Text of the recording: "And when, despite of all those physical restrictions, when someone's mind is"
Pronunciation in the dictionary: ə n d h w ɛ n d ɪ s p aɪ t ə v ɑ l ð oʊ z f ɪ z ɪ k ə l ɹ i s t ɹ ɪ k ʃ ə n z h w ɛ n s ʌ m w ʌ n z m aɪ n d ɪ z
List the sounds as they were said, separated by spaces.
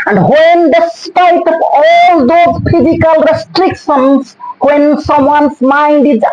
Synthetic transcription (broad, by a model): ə n d h w ɛ n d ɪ s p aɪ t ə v ɑ l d oʊ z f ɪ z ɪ k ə l ɹ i s t ɹ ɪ k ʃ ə n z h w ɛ n s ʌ m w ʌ n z m aɪ n d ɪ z